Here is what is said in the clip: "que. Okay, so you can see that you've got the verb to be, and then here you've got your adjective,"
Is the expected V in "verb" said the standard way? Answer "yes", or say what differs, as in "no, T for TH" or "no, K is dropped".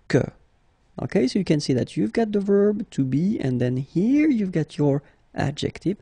yes